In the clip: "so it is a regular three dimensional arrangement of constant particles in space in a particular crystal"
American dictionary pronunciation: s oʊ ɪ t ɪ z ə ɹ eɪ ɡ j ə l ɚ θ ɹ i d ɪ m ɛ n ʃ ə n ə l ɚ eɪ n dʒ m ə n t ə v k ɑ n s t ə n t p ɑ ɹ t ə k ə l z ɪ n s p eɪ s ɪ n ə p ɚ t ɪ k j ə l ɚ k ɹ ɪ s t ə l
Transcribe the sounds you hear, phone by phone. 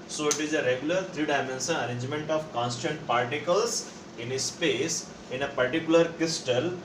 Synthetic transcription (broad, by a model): s oʊ ɪ t ɪ z ə ɹ eɪ ɡ j ə l ɚ t ɹ i d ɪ m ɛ n s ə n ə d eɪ n dʒ m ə n t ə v k ɑ n s t ə n t p ɑ ɹ t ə k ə l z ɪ n s p eɪ s ɪ n ə p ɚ t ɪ k j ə l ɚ k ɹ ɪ s t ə l